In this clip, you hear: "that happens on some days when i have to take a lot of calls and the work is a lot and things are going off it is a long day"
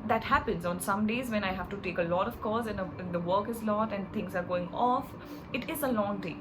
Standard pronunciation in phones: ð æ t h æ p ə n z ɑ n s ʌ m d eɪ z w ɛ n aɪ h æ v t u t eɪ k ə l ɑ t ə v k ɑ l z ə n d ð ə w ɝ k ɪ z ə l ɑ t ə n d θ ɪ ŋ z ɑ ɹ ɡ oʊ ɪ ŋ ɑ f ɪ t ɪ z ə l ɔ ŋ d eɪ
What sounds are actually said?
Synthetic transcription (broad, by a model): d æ t h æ p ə n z ɑ n s ʌ m d eɪ z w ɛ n aɪ h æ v t u t eɪ k ə l ɑ t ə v k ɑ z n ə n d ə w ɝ k ɪ z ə l ɑ t ə n d t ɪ ŋ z ɑ ɹ ɡ oʊ ɪ ŋ ɑ f ɪ t ɪ z ə l ɔ ŋ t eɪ